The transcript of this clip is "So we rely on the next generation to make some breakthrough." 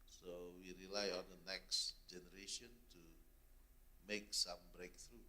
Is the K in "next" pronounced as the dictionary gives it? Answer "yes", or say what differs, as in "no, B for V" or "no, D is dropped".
yes